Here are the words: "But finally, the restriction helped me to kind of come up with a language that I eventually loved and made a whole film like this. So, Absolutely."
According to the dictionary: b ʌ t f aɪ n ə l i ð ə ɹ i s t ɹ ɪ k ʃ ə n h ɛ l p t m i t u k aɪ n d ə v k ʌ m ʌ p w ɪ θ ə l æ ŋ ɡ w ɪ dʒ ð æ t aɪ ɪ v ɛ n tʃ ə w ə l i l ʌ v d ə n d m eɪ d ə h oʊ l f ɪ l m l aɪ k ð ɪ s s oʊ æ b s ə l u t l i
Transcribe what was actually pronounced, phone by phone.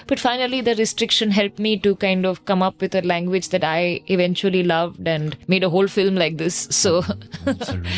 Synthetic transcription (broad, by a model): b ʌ t f aɪ n ə l i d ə ɹ i s t ɹ ɪ k ʃ ə n h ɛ l p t m i t u k aɪ n d ə v k ʌ m ʌ p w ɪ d ə l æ ŋ ɡ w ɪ dʒ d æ t aɪ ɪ v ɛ n tʃ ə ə l i l ʌ v d ə n d m eɪ d ə h oʊ l f ɪ l m l aɪ k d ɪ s s oʊ